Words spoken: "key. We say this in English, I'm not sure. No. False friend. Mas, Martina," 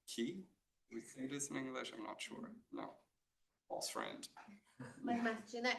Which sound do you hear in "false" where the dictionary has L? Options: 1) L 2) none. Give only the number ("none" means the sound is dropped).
2